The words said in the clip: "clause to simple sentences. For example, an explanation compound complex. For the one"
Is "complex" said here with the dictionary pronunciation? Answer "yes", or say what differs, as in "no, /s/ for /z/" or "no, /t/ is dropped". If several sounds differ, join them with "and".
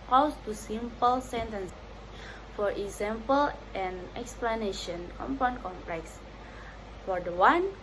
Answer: yes